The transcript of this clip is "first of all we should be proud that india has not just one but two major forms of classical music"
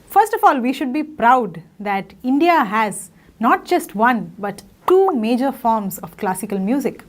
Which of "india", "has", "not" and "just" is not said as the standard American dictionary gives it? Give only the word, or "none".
none